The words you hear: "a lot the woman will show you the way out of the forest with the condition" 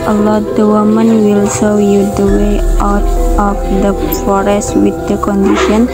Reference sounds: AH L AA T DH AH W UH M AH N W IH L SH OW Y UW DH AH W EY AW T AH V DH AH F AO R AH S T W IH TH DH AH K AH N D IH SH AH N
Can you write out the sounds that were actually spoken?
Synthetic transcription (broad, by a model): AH L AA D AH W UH M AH N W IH L S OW Y UW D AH W EY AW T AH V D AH F AO R AH S T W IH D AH K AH N D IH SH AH N